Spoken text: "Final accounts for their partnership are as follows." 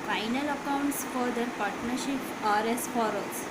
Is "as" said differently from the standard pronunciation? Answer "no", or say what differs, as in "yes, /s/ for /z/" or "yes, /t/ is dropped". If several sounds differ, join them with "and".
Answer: yes, /s/ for /z/